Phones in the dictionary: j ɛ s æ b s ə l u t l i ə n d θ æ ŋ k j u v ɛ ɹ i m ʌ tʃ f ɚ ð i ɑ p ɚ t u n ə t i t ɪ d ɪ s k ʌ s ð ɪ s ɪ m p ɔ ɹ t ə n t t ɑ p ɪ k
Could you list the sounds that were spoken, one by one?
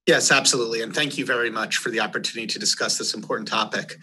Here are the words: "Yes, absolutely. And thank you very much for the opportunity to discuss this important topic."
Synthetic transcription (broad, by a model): j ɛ s æ b s ə l u t l i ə n θ æ ŋ k j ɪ v ɛ ɹ i m ʌ tʃ f ɚ ð i ɑ p ɚ t u n ə t i t ɪ d ɪ s k ʌ s ð ɪ s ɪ m p ɔ ɹ t n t t ɑ p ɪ k